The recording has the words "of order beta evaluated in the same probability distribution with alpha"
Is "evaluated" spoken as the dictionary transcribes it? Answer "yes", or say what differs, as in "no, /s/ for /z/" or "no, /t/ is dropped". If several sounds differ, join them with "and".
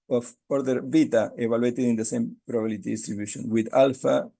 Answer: no, /b/ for /v/